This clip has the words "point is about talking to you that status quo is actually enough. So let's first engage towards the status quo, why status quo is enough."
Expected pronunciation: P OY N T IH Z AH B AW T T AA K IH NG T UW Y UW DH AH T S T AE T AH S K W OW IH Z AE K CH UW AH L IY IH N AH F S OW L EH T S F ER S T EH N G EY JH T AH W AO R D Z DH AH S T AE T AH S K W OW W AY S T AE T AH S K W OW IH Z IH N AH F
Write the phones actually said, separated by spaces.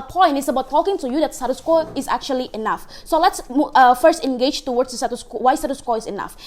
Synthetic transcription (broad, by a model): P OY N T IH S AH B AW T T AA K IH NG T UW Y UW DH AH T S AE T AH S K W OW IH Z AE K CH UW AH L IY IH N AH F S OW L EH T S F ER S T EH N G EY JH T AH W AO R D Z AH S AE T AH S K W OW W AY S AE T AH S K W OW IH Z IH N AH F